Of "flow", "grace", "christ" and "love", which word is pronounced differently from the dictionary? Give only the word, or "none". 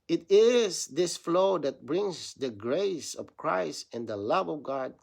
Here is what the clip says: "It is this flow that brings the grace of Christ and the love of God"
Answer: none